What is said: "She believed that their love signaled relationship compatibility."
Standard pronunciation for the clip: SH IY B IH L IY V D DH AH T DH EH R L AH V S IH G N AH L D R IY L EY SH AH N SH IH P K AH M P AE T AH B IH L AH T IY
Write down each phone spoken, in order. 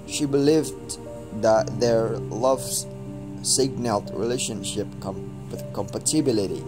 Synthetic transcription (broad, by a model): SH IY B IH L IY V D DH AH T DH EH R L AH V S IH G N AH L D R IY L EY SH AH N SH IH P K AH M P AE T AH B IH L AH T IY